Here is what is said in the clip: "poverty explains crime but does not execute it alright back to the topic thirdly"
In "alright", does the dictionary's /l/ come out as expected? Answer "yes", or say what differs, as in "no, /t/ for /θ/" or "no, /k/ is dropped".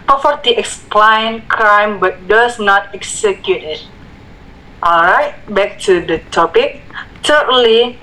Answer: yes